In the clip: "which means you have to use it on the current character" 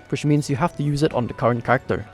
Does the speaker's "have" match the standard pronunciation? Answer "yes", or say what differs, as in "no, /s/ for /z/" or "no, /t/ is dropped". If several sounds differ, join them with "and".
no, /f/ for /v/